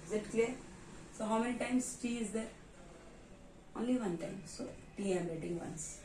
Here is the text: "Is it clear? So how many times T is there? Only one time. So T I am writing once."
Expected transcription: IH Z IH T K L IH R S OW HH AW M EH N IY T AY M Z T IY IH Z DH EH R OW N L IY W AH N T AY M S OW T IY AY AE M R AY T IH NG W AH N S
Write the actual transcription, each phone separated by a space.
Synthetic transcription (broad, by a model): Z IH T K L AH R S OW HH AW M EH N IY T AY M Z T IY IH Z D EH R OW N L IY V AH N T AY M S OW T IY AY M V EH T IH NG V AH N S